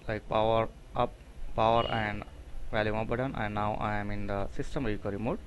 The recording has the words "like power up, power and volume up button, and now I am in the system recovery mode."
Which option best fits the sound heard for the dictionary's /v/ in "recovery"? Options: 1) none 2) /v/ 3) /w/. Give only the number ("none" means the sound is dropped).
1